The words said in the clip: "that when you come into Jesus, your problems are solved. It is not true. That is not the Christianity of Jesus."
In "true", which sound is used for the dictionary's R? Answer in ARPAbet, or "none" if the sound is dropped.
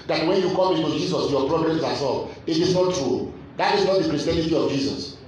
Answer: R